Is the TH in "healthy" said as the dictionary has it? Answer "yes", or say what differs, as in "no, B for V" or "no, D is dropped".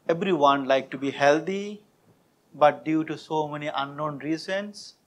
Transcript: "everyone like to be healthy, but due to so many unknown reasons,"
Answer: no, T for TH